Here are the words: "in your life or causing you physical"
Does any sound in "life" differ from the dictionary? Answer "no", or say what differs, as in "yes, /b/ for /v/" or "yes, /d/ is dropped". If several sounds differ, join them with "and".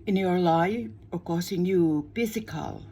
yes, /f/ is dropped